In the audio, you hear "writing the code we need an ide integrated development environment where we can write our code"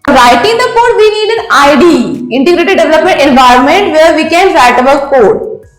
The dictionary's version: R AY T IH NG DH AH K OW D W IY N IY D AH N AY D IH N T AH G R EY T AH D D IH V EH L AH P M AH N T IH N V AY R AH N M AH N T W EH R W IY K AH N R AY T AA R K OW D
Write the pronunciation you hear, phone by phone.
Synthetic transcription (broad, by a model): R AY T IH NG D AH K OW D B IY N IY D AH N AY D IH N T AH G R EY T AH D D IH V EH L AH P M AH N T IH N V AY R AH N M AH N T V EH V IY K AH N R AY T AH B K OW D